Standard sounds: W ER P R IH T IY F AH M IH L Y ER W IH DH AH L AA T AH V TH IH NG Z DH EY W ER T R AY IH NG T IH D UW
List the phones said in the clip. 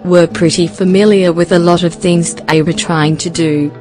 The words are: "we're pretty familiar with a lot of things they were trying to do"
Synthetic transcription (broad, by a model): W ER P R IH T IY F AH M IH L Y ER W IH DH AH L AA T AH V TH IH NG Z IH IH W ER T R AY IH NG T IH D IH